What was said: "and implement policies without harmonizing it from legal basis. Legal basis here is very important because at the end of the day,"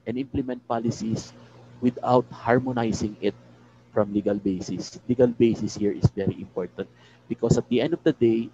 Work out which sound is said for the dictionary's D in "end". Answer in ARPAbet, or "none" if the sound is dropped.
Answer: D